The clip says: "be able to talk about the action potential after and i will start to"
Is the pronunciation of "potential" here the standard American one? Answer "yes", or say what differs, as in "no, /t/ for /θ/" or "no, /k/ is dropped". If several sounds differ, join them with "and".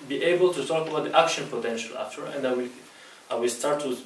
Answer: yes